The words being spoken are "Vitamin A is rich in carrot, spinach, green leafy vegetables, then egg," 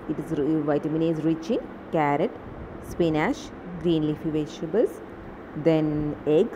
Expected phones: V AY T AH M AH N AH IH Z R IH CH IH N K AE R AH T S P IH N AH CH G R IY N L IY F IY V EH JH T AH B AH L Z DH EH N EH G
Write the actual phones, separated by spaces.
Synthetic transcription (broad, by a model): V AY T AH M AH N AH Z R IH CH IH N K AE R AH T S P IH N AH SH G R IY N L IY F IY V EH SH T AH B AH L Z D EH N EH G